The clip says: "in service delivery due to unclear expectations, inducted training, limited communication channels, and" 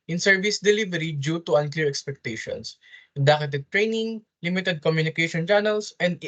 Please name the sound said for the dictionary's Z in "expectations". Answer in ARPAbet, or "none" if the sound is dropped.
S